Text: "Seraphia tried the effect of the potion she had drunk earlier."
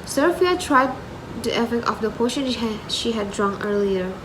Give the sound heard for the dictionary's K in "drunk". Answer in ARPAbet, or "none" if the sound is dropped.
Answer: none